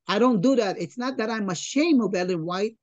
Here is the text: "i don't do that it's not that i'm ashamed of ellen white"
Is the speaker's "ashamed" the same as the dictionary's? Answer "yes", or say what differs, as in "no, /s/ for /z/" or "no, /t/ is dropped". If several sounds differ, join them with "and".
no, /d/ is dropped